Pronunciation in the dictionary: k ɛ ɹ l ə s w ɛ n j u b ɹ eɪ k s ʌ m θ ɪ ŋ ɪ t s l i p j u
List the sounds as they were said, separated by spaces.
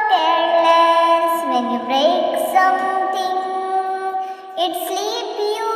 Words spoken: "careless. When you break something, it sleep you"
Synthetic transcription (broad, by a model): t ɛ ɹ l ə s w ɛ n j u b ɹ eɪ k s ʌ m t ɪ ŋ ɪ t s l i p j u